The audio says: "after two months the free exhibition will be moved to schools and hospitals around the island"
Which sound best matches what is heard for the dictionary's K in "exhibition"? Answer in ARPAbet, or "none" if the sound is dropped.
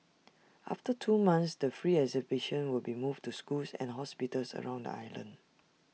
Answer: none